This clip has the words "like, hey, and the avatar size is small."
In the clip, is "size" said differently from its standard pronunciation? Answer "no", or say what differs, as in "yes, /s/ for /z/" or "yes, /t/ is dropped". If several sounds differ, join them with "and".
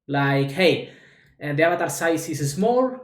yes, /s/ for /z/